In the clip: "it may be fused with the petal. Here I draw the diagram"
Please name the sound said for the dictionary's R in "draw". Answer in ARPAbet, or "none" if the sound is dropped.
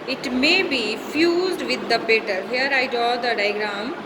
none